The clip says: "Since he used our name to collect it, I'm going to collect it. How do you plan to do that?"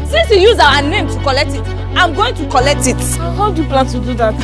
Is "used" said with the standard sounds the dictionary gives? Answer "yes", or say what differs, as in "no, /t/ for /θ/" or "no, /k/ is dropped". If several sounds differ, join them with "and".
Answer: no, /d/ is dropped